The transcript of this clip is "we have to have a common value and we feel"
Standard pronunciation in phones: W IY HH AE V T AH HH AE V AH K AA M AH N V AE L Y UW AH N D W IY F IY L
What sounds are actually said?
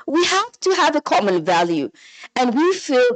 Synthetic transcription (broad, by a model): W IY HH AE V T AH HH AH V AH K AA M AH N V AE L Y UW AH N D W IY F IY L